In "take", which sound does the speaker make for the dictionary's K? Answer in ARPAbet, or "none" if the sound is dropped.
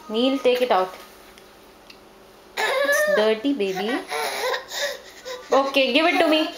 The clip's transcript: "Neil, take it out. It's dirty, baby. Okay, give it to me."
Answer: K